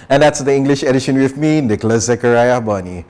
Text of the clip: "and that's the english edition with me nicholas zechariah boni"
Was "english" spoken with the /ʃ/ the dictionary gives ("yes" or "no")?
yes